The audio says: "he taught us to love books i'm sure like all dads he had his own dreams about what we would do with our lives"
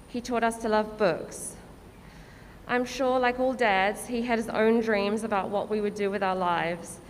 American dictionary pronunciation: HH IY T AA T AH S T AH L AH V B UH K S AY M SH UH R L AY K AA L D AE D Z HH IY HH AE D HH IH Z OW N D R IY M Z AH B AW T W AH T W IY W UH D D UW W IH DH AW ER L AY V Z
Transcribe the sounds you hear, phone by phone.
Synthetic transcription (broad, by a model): HH IY T AA T AH S T AH L AH V B UH K S AY M SH UH R L AY K AA L D AE D Z HH IY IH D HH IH Z OW N D R IY M Z AH B AW T W AH T W IY W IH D D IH W IH DH AW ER L AY V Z